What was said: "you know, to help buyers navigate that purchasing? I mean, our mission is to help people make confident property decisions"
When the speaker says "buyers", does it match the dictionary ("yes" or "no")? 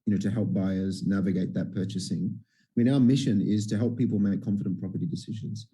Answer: yes